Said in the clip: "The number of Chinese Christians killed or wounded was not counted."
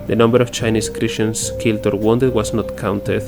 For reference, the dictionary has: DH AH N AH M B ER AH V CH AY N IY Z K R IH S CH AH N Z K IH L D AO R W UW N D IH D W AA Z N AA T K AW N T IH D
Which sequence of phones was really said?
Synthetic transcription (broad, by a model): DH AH N AH M B ER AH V CH AY N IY S K R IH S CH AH N S K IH L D AO R W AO N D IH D W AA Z N AA T K AW N T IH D